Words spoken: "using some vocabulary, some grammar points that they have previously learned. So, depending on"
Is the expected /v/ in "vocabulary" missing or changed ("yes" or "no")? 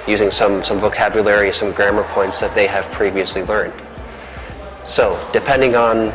no